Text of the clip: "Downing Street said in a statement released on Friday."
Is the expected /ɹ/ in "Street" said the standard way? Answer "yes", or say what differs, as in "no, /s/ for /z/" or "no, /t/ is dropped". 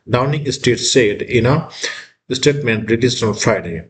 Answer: no, /ɹ/ is dropped